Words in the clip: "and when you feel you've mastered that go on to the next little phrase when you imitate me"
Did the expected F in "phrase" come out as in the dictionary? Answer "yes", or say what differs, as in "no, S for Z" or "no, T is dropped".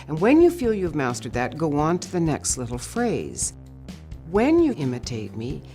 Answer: yes